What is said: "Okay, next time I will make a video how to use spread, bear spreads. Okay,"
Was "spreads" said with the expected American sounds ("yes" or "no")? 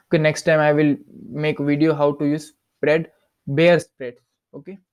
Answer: no